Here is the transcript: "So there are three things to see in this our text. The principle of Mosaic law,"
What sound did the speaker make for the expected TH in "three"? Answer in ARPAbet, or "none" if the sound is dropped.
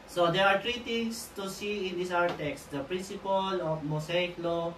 T